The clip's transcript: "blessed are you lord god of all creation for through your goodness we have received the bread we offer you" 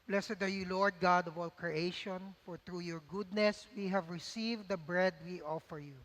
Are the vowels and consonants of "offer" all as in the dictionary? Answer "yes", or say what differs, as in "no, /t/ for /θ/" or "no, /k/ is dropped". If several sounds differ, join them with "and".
yes